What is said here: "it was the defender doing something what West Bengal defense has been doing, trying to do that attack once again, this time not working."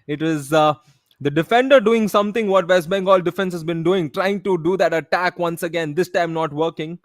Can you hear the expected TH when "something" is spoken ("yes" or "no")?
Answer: no